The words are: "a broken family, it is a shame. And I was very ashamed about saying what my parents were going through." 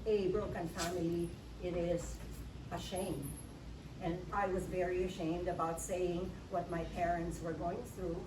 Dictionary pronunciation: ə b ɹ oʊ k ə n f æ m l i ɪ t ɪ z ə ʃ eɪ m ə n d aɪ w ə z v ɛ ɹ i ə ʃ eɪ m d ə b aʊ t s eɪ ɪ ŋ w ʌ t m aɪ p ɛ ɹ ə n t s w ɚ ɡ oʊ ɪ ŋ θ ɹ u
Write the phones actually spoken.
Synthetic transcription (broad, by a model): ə b ɹ oʊ k ə n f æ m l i ɪ t ɪ z ə ʃ eɪ m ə n aɪ w ə z v ɛ ɹ i ə ʃ eɪ m d ə b aʊ t s eɪ ɪ ŋ w ʌ t m aɪ p ɛ ɹ ə n t s w ɚ ɡ oʊ ɪ ŋ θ ɹ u